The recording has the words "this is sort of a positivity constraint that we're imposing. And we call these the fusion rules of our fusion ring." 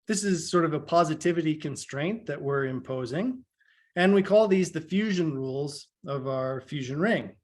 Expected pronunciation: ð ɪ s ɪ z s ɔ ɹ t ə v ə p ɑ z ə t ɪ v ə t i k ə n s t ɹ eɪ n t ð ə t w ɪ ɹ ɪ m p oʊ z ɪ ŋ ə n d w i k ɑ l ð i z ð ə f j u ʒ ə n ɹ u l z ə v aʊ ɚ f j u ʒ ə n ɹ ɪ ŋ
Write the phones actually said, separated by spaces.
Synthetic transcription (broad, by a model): ð ɪ s ɪ z s ɔ ɹ t ə v ə p ɑ z ə t ɪ v ə t i k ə n s t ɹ eɪ n ð ə t w ɪ ɹ ɪ m p oʊ z ɪ ŋ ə n w i k ɑ l ð i z ð ə f j u ʒ ə n ɹ u l z ə v aʊ ɚ f j u ʒ ə n ɹ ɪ ŋ